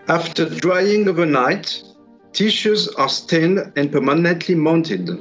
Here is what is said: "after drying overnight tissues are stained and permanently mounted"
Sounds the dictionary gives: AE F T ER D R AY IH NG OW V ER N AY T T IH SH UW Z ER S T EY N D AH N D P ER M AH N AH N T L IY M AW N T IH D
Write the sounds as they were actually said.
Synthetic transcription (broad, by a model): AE F T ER D R AY IH NG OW V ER N AY T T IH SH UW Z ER S T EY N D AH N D P ER M AH N AH N T L IY M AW N T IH D